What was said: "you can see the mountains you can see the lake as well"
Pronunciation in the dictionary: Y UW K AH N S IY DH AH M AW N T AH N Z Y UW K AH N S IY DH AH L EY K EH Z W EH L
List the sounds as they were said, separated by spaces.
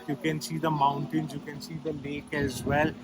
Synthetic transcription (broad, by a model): Y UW K AH N S IY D AH M AW N T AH N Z Y UW K AH N S IY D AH L EY K EH Z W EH L